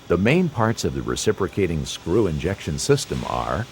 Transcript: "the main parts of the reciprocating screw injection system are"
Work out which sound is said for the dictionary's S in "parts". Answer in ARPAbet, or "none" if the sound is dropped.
S